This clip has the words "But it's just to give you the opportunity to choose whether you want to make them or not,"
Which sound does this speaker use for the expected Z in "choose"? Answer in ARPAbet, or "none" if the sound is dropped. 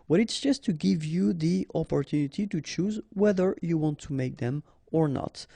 Z